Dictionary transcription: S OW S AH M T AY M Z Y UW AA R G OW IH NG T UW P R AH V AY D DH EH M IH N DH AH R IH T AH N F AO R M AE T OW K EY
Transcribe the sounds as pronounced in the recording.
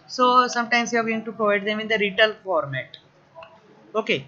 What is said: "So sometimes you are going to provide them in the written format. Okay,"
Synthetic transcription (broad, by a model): S OW S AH M T AY M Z Y UW AA R G OW IH NG T UW P R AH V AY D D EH M IH N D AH R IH T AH L F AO R M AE T OW K EY